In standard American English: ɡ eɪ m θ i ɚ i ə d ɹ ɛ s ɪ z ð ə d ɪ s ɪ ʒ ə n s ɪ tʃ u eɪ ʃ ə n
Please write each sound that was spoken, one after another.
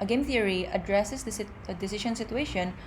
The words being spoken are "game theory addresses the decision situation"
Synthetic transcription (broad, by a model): ɡ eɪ m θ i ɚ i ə d ɹ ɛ s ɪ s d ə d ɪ s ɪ ʃ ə n s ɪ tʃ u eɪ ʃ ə n